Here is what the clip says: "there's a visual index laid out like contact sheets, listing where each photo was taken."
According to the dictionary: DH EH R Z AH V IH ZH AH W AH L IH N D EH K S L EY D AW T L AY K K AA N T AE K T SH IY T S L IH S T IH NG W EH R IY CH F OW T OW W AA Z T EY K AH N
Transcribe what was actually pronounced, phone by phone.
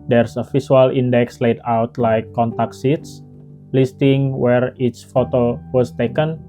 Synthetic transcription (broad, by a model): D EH R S AH F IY S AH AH L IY N D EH K S L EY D AW T L AY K K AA N T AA K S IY T S L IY S T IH NG W EH R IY S F OW T OW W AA S T EY K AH N